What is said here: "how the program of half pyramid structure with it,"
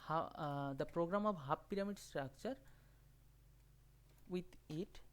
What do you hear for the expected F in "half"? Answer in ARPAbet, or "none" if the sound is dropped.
P